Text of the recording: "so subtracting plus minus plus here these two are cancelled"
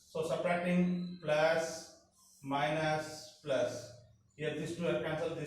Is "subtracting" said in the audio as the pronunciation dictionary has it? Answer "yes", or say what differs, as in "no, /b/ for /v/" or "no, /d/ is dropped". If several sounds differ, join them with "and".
no, /k/ is dropped